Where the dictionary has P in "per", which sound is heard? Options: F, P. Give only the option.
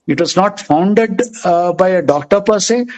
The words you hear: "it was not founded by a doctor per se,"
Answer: P